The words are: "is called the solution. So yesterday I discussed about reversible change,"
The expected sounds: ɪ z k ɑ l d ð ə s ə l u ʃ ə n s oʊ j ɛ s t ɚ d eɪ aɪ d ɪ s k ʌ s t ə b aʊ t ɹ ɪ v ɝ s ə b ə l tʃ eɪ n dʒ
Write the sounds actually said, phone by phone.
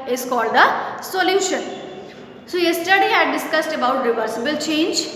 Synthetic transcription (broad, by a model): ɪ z k ɑ l d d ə s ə l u ʃ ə n s oʊ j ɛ s t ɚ d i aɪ d ɪ s k ʌ s t ə b aʊ t ɹ ɪ v ɝ s ə b ə l tʃ eɪ n dʒ